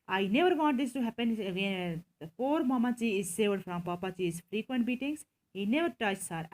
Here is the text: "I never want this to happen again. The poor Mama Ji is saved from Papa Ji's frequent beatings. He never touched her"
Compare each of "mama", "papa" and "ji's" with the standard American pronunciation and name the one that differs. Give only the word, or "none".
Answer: ji's